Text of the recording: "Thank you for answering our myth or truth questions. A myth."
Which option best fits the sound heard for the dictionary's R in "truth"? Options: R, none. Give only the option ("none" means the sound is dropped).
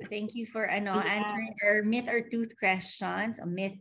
none